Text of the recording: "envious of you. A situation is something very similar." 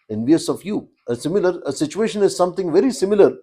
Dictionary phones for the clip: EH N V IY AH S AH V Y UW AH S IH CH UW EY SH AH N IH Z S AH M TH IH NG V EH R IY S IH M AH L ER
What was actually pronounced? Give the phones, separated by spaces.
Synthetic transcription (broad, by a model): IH N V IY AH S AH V Y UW AH S IH CH UW EY SH AH N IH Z S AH M T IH NG V EH R IY S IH M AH L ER